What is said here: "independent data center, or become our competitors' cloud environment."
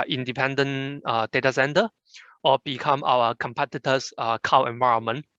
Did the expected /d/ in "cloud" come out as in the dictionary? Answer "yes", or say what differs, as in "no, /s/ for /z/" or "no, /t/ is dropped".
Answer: no, /d/ is dropped